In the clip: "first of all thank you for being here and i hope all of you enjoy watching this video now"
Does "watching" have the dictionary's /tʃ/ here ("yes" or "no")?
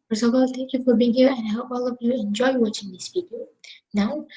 yes